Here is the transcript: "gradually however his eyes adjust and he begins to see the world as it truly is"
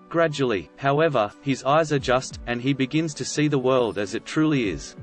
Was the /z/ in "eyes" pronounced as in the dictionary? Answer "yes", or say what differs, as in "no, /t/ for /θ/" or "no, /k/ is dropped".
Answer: yes